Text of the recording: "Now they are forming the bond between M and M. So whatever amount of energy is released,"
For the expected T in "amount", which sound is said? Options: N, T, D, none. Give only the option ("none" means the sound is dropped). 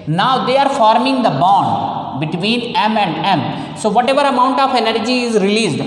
T